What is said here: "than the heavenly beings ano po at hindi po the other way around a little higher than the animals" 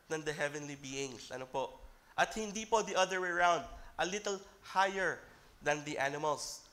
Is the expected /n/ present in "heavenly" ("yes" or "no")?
yes